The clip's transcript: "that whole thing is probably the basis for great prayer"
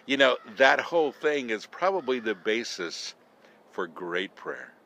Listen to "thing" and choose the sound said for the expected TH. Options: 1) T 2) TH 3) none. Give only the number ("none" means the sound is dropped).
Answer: 2